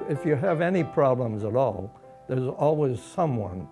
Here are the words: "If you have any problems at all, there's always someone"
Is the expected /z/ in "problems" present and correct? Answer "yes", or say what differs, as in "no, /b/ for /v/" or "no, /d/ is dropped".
yes